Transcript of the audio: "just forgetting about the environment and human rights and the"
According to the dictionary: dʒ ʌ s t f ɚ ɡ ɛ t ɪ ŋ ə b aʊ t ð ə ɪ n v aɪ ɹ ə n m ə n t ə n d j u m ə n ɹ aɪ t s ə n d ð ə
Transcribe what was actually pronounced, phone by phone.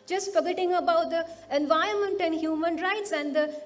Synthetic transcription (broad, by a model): dʒ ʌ s t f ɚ ɡ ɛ t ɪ ŋ ə b aʊ t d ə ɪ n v aɪ ə m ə n t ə n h j u m ə n ɹ aɪ t s ə n d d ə